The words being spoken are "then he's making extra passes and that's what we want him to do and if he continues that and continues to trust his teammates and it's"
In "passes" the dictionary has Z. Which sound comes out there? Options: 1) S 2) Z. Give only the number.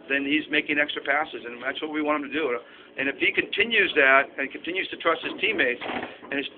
2